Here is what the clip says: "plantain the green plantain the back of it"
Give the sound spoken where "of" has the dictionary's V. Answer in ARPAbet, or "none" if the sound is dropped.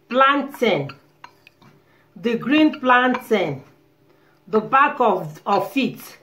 F